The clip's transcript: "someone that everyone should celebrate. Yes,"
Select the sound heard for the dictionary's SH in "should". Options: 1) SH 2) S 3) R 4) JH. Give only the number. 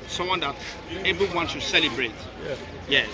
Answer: 2